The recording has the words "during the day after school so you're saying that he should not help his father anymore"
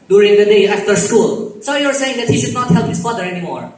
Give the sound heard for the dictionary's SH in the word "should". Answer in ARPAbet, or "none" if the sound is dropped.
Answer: SH